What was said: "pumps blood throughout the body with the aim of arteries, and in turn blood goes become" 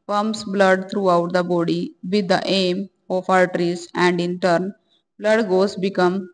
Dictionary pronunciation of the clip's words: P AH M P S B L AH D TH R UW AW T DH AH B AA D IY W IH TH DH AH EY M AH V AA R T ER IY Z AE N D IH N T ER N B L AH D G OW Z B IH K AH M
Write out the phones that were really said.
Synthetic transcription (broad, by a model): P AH M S B L AH D T R UW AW T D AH B AA D IY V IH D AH EY M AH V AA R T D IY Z AE N D IH N T ER N B L AH D G OW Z B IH K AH M